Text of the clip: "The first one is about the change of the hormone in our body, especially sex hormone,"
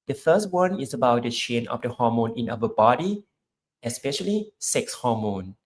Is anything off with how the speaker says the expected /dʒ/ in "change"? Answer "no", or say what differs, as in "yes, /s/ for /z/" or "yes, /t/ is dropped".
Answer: yes, /dʒ/ is dropped